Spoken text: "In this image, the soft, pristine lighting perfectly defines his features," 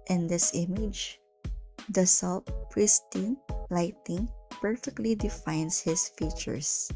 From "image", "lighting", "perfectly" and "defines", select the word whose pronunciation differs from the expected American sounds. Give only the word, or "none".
defines